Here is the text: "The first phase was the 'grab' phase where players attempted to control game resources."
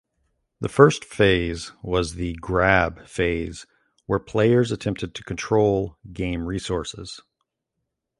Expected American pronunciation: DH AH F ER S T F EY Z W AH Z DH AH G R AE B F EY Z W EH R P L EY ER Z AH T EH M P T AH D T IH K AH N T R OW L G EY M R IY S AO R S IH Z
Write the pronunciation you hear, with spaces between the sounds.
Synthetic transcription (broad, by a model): DH AH F ER S T F EY Z W AH Z DH AH G R AE B F EY Z W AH R P L EY ER Z AH T EH M P T AH D T IH K N T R OW L G EY M R IY S AO R S IH Z